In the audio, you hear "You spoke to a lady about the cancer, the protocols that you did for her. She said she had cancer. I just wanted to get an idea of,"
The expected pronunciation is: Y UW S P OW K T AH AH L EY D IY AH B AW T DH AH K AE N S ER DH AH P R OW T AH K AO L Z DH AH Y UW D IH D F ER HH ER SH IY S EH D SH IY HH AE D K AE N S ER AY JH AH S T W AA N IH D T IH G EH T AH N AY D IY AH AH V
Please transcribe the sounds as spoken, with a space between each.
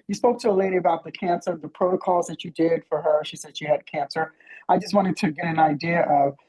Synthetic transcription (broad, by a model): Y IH S P OW K T AH AH L EY D IY AH B AW T DH AH K AE N S ER DH AH P R OW T AH K AO L Z DH AH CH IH D IH D F ER ER SH IY S EH D SH IY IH D K AE N S ER AY JH AH S T W AA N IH D T IH G EH T AH N AY D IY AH AH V